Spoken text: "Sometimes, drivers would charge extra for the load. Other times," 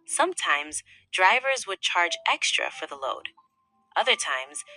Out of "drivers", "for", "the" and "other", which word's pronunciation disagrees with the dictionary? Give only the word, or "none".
none